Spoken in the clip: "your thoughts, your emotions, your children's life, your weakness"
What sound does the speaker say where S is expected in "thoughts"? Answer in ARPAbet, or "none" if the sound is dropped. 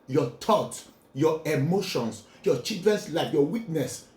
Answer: none